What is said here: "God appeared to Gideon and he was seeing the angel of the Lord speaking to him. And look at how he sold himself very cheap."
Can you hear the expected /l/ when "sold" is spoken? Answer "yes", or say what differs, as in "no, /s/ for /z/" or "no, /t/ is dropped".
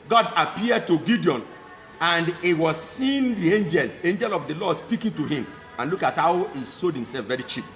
no, /l/ is dropped